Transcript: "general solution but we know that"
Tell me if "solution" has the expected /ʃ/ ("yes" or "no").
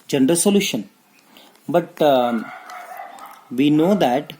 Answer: yes